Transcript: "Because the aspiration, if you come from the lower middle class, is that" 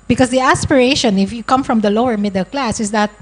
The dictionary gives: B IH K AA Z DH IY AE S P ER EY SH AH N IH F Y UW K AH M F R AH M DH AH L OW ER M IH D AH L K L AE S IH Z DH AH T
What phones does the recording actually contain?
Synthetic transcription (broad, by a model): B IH K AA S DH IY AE S P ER EY SH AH N IH F Y UW K AH M F R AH M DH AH L OW ER M IH D AH L K L AE S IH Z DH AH T